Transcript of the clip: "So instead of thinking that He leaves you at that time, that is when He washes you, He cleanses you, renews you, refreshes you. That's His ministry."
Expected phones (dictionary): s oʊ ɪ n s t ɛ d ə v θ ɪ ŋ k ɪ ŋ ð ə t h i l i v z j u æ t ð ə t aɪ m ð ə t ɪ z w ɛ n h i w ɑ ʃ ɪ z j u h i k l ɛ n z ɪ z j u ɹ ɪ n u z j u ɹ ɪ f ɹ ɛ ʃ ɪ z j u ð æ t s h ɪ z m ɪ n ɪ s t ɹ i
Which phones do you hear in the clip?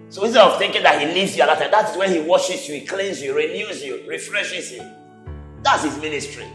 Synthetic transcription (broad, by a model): s oʊ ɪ s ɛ ə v θ ɪ ŋ k ɪ ŋ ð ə t h i l i v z j u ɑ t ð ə t aɪ m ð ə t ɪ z w ɛ n h i w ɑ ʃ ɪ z j u h i k l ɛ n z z j u ɹ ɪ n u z j u ɹ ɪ f ɹ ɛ ʃ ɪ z j u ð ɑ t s h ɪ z m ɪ n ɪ s t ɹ i